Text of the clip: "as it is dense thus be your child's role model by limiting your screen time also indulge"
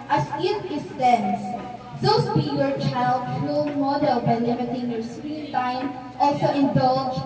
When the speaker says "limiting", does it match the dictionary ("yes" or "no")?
no